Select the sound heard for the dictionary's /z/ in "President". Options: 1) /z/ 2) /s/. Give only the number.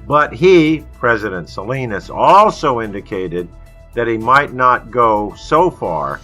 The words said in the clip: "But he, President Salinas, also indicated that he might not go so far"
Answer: 1